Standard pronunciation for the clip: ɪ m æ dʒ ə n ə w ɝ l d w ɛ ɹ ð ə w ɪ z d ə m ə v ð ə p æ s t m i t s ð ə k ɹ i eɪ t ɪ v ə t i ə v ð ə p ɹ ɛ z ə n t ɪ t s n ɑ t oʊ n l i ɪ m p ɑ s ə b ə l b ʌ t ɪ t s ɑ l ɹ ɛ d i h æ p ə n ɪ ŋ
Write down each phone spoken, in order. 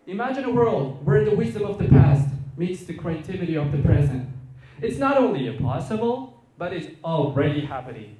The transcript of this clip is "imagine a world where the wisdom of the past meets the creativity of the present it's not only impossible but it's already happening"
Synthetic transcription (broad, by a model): ɪ m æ dʒ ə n ə w ɝ l d w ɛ ɹ ð ə w ɪ z d ə m ə v ð ə p æ s t m i t s ð ə k w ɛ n t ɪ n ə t i ə v ð ə p ɹ ɛ z ə n t ɪ t s n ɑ t oʊ n l i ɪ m p ɑ s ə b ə l b ʌ t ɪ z ɑ l ɹ ɛ d i h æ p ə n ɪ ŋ